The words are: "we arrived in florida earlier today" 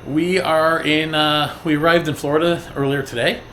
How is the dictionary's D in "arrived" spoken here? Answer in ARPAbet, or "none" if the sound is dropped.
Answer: D